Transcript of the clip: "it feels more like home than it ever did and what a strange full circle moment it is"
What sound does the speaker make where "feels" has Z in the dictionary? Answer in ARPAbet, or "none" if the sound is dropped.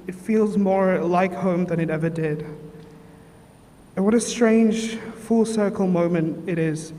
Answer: Z